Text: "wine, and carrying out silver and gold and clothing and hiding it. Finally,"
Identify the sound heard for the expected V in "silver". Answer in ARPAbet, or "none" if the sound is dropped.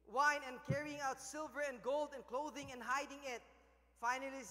V